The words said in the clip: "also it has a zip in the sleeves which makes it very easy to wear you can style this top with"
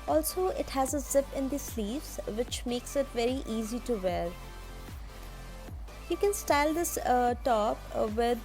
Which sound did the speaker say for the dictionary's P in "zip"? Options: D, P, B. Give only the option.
P